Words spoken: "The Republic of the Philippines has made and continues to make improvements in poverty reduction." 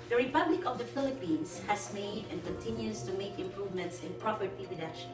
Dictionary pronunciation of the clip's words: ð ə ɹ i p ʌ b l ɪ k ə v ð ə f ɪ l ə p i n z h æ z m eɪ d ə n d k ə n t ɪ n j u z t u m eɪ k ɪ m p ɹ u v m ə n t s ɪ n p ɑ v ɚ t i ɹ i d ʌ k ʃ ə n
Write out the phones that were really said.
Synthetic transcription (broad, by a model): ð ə ɹ i p ʌ b l ɪ k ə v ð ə f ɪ l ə p i n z h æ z m eɪ d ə n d k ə n t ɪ n j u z t u m eɪ k ɪ m p ɹ u v m ə n t s ɪ n p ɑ p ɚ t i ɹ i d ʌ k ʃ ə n